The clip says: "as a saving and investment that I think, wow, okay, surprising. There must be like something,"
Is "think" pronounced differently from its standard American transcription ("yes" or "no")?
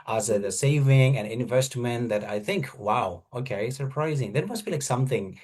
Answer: no